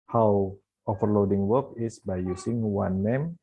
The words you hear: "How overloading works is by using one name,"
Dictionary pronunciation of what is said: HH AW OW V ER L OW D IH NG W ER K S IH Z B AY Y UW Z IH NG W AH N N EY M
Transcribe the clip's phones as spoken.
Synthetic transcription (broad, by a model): HH AW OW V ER L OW D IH NG W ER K IH S B AY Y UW S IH NG W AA N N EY M